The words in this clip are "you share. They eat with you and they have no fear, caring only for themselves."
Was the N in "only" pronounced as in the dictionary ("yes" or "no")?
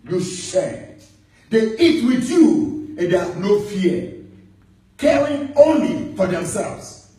yes